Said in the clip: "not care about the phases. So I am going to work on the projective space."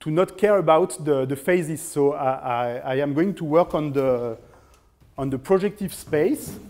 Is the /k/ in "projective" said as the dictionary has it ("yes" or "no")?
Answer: yes